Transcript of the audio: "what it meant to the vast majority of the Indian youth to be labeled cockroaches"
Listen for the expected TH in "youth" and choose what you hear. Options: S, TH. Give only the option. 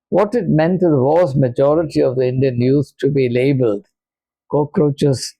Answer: S